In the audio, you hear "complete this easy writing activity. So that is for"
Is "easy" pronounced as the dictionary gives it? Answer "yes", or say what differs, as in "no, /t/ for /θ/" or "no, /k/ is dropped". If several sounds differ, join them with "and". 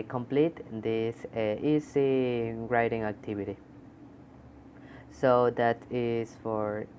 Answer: no, /s/ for /z/